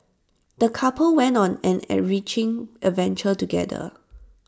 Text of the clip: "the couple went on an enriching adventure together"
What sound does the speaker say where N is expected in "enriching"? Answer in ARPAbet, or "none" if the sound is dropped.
none